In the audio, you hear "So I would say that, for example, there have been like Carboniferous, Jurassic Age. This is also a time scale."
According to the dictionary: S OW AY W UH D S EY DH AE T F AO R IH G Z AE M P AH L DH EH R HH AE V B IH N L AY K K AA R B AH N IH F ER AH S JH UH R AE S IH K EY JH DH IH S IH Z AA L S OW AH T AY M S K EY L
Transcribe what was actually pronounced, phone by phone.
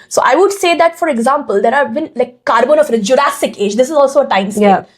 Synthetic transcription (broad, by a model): S OW AY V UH D S EY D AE T F AO R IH G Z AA M P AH L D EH R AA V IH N L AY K K AA R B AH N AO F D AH JH UH R AE S IH K EY JH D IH S IH Z AA L S OW AH T AY M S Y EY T